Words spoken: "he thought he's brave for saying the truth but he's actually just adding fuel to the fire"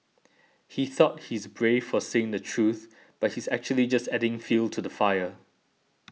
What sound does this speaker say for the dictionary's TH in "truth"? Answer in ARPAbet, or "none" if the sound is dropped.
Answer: TH